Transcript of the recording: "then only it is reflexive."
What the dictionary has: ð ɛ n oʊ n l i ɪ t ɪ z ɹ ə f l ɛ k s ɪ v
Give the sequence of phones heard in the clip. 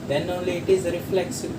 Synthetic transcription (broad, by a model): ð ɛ n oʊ l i ɪ t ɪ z ɹ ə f l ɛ k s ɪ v